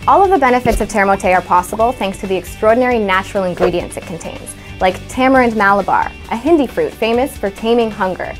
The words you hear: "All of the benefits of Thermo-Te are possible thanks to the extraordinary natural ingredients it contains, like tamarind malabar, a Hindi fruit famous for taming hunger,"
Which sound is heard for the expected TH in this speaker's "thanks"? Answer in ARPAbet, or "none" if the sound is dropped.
TH